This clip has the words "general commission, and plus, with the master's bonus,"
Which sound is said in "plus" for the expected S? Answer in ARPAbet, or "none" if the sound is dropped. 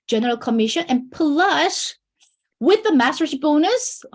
SH